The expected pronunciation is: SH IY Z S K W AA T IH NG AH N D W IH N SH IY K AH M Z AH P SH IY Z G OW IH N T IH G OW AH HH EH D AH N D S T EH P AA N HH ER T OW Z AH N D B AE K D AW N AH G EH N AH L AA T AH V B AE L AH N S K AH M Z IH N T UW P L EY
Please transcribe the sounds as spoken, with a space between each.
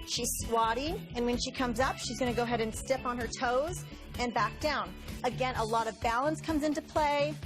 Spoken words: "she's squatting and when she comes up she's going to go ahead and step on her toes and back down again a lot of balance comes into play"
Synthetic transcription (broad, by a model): SH IY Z S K W AA T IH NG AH N W IH N SH IY K AH M Z AH P SH IY Z G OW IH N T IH G OW AH HH EH D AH N S T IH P N ER T OW Z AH N B AE K D AW N AH G EH N AH L AA T AH V B AE L AH N S K AH M Z IH N T UW P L EY